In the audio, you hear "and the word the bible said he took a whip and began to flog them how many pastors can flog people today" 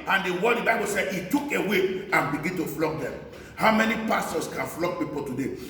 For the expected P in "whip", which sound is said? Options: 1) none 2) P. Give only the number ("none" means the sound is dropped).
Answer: 1